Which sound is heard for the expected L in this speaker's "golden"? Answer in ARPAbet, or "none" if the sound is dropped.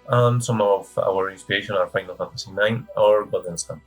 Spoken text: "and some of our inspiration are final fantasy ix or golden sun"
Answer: none